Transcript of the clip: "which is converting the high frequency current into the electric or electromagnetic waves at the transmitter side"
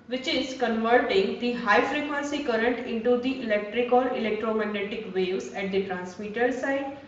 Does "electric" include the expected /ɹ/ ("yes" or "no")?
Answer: yes